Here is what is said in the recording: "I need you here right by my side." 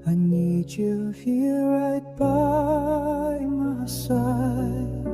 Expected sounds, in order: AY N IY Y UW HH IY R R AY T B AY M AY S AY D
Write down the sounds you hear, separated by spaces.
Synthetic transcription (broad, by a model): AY N IY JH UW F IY L R AY T B AY M AY S AY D